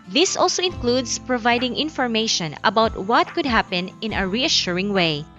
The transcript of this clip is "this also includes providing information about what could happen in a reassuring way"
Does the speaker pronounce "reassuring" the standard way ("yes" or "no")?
yes